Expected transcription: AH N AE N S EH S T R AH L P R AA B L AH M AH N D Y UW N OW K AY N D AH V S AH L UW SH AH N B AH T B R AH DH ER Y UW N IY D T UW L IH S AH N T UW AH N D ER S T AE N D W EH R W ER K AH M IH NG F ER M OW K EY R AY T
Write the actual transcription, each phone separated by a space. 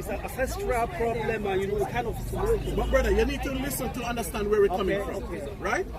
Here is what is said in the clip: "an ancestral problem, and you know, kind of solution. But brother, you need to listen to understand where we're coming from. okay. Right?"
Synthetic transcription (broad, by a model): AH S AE S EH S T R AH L P R AA B L AH M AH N Y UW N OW K AY N D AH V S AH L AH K B AH T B R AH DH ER Y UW N IY D T UW L IH S AH N T UW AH N D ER S T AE N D W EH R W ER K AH M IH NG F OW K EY R AY T